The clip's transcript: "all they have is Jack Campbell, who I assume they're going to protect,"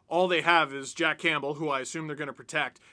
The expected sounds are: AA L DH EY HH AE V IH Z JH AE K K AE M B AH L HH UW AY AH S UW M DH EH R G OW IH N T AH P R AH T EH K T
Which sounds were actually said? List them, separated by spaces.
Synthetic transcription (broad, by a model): AA L DH EY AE V IH Z JH AE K K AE M B L HH UW AY AH S UW M DH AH R G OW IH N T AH P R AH T EH K T